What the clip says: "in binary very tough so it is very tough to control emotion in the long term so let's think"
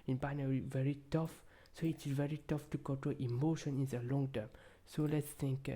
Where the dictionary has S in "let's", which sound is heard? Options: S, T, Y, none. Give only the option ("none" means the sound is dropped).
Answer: S